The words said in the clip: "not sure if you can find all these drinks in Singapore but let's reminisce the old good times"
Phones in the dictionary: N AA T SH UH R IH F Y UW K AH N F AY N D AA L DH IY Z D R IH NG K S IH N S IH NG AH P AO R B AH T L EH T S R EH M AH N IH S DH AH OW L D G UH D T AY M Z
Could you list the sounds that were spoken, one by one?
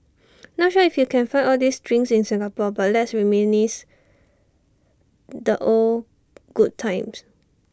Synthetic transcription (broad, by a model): N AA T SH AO IH F Y UW K AH N F AY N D AA L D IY S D R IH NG S IH N S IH NG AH P AO B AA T L EH T S R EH M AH N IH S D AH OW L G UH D T AY M S